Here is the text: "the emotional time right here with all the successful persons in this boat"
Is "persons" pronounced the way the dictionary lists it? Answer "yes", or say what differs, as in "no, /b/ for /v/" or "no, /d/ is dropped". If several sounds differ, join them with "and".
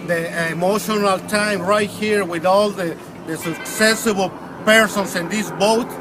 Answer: no, /s/ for /z/